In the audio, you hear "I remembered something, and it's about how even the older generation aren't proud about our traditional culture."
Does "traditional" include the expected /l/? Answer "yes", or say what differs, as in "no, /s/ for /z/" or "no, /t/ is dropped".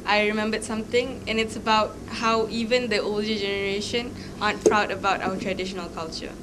yes